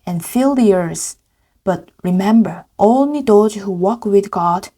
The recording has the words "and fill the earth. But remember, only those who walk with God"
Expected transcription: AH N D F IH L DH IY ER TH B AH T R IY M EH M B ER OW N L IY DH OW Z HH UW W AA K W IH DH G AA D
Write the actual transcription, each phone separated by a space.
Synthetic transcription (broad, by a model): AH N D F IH L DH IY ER S B AH T R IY M EH M B ER OW N L IY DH OW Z HH UW W AA K W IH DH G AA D